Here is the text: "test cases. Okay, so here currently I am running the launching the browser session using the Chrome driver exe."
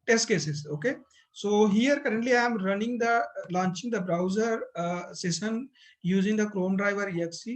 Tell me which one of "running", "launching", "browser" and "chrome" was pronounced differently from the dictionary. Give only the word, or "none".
none